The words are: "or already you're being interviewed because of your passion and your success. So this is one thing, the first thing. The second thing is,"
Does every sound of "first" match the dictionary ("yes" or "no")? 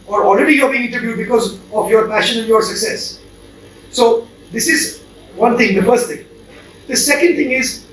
yes